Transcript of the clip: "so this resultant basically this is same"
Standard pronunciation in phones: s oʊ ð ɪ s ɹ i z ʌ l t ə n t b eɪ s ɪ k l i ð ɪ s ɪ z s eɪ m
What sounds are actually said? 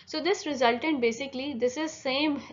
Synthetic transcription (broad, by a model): s oʊ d ɪ s ɹ i z ʌ l t ə n t b eɪ s ɪ k l i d ɪ s ɪ z s eɪ m